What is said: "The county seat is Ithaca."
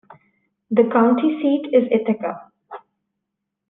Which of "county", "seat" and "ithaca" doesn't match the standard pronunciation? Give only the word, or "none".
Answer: ithaca